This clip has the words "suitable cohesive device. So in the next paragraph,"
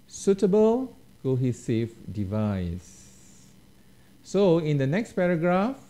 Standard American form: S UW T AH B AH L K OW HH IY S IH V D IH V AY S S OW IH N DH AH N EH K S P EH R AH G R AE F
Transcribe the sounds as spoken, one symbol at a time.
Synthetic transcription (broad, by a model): S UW T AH B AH L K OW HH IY S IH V D IH V AY S S OW IH N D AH N EH K S P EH R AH G R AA F